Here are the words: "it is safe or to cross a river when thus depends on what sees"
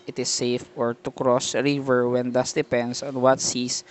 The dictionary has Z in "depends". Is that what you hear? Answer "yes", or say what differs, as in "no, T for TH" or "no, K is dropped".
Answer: no, S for Z